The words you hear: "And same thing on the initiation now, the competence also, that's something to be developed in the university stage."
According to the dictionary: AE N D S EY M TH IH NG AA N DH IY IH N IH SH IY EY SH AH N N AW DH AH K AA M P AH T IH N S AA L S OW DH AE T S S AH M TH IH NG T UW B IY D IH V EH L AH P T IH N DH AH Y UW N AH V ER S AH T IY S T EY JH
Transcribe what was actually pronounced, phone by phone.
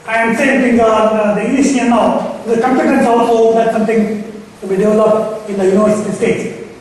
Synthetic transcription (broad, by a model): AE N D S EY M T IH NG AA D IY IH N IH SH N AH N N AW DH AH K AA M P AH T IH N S AA L S OW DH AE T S S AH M T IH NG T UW B IY D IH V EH L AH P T IH N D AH Y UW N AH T S T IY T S